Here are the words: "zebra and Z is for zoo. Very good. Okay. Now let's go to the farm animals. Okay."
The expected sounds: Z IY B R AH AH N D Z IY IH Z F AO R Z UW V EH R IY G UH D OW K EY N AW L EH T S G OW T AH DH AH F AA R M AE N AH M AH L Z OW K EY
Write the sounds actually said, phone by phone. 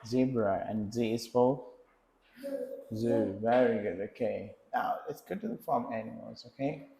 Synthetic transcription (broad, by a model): Z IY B R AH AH N Z IY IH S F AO L Z UW V EH R IY G UH D OW K EY N AW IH T S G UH T AH DH AH F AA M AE N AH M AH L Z OW K EY